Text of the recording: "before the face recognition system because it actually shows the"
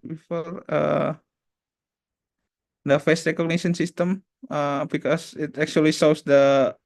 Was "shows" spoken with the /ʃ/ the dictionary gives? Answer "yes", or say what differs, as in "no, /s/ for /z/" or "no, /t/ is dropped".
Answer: no, /s/ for /ʃ/